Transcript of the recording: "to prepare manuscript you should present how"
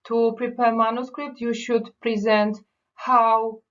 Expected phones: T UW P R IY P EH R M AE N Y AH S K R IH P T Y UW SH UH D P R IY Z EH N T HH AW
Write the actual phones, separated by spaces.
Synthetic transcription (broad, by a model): T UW P R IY P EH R M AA N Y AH S K R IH P T Y UW SH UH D P R IY Z EH N T HH AW